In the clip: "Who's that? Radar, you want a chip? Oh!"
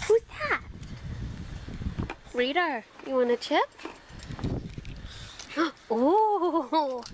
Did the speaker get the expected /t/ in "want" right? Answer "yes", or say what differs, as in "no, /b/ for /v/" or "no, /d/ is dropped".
no, /t/ is dropped